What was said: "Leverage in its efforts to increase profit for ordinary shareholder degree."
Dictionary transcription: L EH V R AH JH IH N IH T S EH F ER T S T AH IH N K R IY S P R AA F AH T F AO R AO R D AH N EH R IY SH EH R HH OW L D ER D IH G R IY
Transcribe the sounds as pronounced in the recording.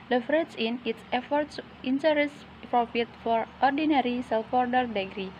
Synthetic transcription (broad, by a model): L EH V R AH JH IH N IH T S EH F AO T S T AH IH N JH R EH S P R AA F AH T F AO R AO R D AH N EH R IY S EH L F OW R D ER D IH G R IY